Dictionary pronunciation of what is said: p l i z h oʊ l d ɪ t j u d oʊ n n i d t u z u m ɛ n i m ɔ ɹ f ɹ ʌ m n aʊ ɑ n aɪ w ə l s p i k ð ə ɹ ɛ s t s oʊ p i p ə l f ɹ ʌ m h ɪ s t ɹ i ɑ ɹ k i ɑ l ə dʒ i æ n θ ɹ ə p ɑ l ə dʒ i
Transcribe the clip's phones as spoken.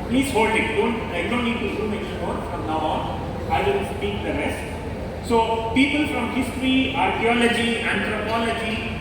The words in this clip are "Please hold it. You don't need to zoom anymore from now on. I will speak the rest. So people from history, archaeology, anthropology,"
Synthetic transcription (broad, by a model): p l i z h oʊ l d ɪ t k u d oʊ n n i d t u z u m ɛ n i ɔ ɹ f ɹ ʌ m n aʊ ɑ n aɪ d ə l s p i k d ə ɹ ɛ s t s oʊ p i p ə l f ɹ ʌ m h ɪ s t ɹ i ɑ ɹ k i ɑ l ə dʒ i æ n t ɹ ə p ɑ l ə dʒ i